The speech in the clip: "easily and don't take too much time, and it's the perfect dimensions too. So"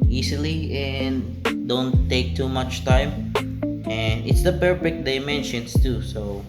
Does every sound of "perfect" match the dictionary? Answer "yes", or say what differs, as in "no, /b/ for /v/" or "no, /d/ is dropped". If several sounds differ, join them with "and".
no, /b/ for /p/